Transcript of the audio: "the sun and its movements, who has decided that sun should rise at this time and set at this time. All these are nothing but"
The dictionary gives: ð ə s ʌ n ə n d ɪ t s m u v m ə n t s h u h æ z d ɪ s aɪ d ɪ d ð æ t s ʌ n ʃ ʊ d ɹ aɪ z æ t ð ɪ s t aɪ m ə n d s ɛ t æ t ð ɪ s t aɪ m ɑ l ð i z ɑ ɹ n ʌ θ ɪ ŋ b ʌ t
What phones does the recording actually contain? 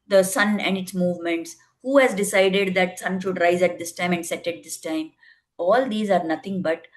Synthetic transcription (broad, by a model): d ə s ʌ n ə n d ɪ t s m u v m ə n t s h u h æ z d ɪ s aɪ d ɪ d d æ t s ʌ n ʃ ʊ d ɹ aɪ z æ t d ɪ s t aɪ m ə n d s ɛ t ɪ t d ɪ s t aɪ m ɑ l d i z ɑ ɹ n ʌ t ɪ ŋ b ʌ t